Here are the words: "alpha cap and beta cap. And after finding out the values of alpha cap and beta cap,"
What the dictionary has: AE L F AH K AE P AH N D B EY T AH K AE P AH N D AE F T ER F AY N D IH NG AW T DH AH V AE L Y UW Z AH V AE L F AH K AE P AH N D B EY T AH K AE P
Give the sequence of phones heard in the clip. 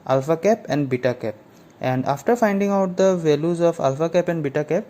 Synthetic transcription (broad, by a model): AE L F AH K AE P AH N D B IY T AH K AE P AH N D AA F T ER F AY N D IH NG AW T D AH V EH L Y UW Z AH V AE L F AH K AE P AH N D B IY T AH K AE P